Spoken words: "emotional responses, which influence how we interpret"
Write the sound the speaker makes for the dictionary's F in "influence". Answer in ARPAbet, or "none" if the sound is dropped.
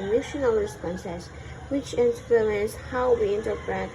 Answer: P